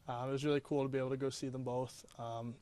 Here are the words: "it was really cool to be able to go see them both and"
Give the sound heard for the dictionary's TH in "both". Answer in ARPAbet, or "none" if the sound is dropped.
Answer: TH